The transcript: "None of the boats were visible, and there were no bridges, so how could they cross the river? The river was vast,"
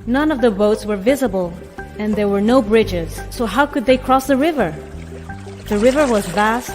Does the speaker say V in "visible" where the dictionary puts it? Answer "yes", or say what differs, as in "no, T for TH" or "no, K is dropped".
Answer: yes